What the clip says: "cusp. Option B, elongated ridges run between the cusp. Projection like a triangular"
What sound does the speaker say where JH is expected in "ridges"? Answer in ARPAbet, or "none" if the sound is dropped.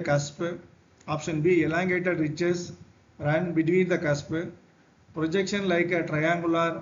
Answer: CH